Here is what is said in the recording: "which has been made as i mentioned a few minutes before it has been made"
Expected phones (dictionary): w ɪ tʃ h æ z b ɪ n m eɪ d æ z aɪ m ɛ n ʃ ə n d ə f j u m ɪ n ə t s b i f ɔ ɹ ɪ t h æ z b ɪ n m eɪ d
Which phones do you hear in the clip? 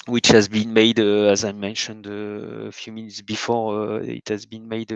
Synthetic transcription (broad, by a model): w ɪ tʃ h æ z b ɪ n m eɪ d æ z aɪ m ɛ n ʃ ə n d ə f j u m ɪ n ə t s b i f ɔ ɹ ɪ t h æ z b ɪ n m eɪ d